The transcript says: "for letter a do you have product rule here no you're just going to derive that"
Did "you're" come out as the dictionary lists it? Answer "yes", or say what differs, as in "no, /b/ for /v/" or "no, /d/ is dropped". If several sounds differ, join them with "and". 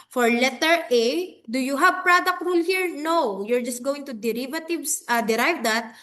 yes